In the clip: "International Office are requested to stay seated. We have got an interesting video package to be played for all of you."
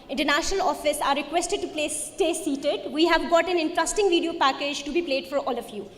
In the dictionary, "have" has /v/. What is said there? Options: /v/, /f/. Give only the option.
/v/